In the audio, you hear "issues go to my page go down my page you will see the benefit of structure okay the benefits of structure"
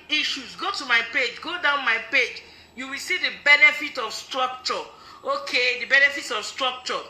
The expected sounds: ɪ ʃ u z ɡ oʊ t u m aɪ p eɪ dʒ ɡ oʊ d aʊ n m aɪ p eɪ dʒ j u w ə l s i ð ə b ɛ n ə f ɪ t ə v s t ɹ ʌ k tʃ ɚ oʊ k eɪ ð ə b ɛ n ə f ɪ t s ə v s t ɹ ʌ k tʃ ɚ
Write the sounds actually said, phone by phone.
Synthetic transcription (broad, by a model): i ʃ u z ɡ oʊ t u m aɪ p eɪ dʒ ɡ oʊ d aʊ n m aɪ p eɪ dʒ j u w ə l s i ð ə b ɛ n ə f ɪ t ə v s t ɹ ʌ k tʃ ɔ oʊ k eɪ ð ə b ɛ n ə f ɪ t s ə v s t ɹ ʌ k tʃ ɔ